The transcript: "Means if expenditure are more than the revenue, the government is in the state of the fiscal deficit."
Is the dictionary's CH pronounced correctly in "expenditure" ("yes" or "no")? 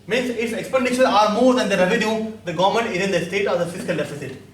no